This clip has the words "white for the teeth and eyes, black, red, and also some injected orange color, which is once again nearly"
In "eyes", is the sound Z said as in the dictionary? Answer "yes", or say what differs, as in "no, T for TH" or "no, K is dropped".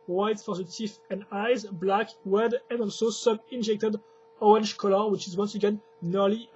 yes